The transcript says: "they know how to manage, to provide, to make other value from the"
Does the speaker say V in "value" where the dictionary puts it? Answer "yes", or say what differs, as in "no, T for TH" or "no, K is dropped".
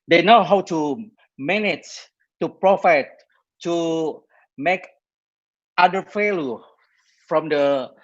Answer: no, F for V